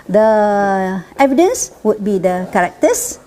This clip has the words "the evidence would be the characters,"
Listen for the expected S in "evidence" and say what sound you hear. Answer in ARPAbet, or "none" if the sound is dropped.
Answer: S